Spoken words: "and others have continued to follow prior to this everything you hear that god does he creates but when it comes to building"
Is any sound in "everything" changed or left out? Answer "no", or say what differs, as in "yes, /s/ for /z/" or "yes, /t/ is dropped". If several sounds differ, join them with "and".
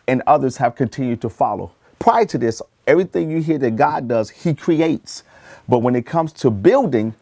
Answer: no